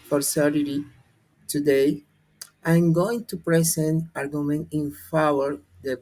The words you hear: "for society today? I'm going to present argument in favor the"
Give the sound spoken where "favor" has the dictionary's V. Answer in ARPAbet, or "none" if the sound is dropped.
W